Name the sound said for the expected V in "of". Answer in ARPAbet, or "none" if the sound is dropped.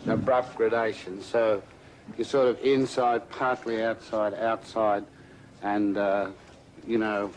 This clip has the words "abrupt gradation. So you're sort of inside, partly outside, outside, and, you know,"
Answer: V